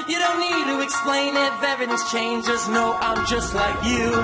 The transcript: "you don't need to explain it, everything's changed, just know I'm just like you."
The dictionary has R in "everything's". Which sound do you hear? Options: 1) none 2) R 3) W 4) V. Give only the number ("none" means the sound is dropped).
1